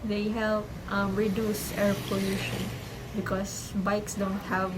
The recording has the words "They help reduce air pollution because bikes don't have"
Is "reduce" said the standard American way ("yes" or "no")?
yes